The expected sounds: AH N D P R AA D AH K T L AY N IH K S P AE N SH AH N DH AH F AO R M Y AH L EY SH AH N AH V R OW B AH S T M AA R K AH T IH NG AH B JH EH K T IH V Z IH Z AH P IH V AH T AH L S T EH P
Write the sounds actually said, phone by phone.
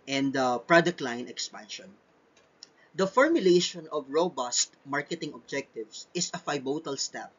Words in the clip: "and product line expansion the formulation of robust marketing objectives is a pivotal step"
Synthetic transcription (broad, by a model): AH N D P R AA D AH K T L AY N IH K S P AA N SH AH N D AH F AO R M Y AH L EY SH AH N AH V R OW B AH S T M AA R K AH T IH NG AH B JH EH K T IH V S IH S AH F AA B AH T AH L S T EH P